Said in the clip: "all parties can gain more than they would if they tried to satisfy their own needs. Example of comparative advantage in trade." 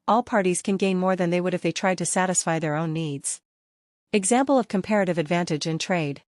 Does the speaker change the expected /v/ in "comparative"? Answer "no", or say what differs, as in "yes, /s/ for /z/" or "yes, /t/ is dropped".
no